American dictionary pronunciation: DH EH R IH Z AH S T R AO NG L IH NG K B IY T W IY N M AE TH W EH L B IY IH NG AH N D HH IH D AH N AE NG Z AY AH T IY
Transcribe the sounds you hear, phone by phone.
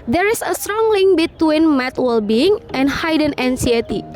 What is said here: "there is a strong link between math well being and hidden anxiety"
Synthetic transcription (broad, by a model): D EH R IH S AH S T R AO NG L IH NG K B IY T W IY N M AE T W EH L B IY IH NG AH N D HH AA D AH N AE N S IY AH T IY